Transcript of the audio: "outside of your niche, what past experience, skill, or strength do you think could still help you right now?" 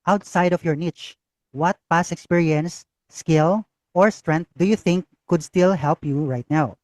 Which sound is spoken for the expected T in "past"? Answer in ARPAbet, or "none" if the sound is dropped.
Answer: none